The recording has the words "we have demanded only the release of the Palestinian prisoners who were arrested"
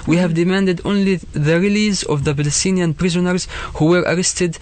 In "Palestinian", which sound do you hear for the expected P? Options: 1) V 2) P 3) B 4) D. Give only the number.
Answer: 3